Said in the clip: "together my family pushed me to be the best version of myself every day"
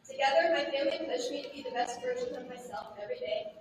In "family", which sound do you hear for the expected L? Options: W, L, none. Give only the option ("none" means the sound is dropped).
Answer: none